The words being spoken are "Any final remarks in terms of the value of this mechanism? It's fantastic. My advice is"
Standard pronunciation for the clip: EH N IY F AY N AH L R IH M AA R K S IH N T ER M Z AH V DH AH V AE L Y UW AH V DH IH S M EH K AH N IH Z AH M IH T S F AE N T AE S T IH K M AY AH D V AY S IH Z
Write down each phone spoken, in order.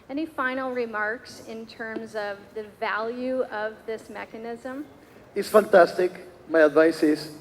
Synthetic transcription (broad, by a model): EH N IY F AY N L R IH M AA R K S IH N T ER M Z AH V DH AH V AE L Y UW AH V DH IH S M EH K AH N IH Z AH M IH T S F AE N T AE S T IH K M AY AH D V AY S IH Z